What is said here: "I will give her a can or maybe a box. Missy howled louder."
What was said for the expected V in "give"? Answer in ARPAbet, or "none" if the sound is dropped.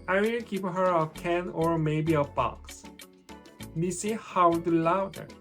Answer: P